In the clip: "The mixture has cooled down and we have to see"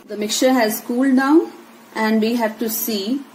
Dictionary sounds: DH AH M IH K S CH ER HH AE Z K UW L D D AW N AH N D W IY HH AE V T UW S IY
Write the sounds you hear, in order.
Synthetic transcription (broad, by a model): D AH M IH K CH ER HH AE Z K UW L D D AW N AH N D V IY HH AE V T UW S IY